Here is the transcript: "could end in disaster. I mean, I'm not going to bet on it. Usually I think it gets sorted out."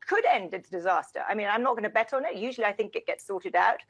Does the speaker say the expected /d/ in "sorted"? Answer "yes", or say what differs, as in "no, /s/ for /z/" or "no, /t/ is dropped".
yes